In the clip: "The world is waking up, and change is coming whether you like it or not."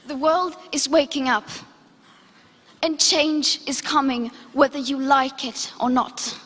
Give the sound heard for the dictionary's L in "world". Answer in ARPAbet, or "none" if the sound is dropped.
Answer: L